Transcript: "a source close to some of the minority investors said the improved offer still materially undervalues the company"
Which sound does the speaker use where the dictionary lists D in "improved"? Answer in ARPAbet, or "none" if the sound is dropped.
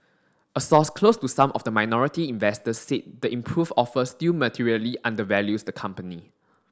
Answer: none